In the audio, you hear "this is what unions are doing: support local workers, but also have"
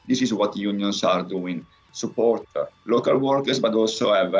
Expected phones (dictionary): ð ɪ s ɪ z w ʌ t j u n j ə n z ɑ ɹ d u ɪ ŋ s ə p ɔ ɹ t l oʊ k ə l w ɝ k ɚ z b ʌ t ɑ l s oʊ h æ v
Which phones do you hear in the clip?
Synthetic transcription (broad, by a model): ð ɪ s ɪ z w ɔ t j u n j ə n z ɑ ɹ d u ɪ ŋ s ə p ɔ ɹ t l oʊ k ə l w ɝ k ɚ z b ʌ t ɑ l s oʊ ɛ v